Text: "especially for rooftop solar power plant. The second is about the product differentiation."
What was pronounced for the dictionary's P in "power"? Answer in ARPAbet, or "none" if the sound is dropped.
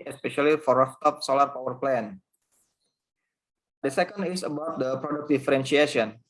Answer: P